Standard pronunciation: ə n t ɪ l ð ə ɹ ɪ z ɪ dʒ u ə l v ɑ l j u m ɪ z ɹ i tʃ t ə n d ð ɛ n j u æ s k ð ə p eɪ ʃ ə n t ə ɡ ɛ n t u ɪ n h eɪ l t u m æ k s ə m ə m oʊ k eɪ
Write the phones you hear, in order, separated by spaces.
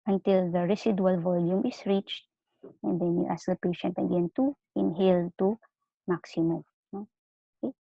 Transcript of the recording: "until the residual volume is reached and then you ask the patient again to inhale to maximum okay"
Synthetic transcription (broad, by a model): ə n t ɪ l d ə ɹ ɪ s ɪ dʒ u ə l v ɑ l j u m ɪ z ɹ i tʃ t ə n d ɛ n j u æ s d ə p eɪ ʃ ə n t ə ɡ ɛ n t u ɪ n h eɪ l t u m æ k s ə m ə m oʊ k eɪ